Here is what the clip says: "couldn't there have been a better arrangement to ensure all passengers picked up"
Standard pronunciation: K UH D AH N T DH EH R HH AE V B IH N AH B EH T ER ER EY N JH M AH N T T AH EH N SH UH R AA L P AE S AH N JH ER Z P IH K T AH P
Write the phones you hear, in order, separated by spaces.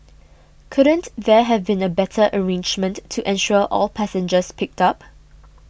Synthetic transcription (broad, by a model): K UH D AH N T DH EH HH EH V B IH N AH B EH T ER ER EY N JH M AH N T T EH N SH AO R AA L P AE S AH N JH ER S P IH K T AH P